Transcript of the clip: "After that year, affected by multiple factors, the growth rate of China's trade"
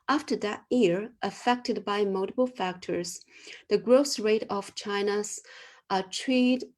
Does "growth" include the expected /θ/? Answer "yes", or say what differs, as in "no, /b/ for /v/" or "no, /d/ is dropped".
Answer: no, /s/ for /θ/